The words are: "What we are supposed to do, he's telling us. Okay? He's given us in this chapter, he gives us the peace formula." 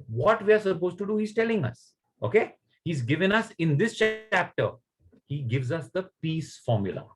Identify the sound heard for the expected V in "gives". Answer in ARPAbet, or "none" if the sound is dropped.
V